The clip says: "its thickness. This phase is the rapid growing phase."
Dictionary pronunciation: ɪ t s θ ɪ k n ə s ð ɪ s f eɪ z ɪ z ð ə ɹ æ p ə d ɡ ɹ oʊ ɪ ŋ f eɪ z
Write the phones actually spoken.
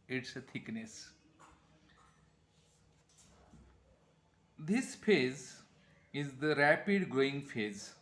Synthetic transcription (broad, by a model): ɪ t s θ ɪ k n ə s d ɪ s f eɪ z ɪ z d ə ɹ æ p ə d ɡ oʊ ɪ ŋ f eɪ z